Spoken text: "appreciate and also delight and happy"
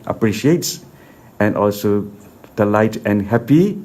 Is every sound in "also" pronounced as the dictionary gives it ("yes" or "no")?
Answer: yes